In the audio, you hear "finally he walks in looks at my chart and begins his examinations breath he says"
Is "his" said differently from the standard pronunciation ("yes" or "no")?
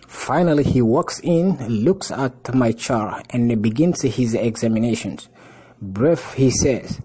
no